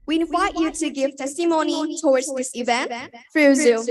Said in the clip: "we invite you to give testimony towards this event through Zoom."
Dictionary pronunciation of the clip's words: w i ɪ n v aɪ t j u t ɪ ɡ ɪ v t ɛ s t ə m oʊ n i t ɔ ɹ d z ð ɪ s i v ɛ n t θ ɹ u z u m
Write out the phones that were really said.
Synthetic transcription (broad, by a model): w i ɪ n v aɪ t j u t ɪ ɡ ɪ v t ɛ s t ə m oʊ n i t ɔ ɹ d z ð ɪ s i v ɛ n t f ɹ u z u